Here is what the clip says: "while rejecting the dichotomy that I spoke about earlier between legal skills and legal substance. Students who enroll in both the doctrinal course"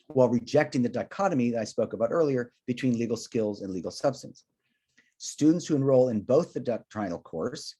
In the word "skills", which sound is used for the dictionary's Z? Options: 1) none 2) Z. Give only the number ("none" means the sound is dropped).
2